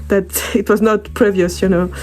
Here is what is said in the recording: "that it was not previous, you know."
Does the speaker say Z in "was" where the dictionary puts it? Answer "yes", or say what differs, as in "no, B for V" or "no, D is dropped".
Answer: yes